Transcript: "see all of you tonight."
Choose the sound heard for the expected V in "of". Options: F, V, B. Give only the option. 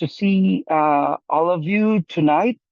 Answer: V